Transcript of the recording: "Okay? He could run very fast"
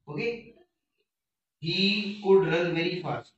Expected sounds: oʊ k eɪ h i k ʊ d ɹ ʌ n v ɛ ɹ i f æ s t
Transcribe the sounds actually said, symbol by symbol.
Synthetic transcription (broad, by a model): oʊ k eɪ h i k ʊ d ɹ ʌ l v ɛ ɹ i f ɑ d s